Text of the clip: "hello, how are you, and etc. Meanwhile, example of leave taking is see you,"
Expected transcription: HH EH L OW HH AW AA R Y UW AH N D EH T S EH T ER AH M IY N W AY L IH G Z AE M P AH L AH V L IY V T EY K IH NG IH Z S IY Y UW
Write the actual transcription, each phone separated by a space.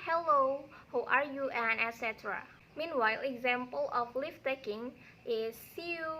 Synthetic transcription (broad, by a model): HH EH L OW HH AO AA R Y UW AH N EH T S EH T ER AH M IY N W AY L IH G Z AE M P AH L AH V L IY F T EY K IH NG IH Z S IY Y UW